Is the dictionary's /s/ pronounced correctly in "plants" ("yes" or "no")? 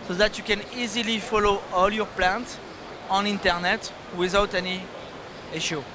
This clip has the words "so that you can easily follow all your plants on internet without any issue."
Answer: no